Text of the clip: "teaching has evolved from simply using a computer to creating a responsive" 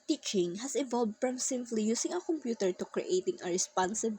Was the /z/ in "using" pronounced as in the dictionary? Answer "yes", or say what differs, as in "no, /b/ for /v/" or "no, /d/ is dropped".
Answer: no, /s/ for /z/